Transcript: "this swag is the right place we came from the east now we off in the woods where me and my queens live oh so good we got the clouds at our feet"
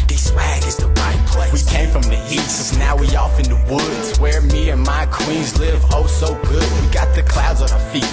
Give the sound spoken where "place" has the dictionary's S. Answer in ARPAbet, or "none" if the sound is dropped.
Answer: none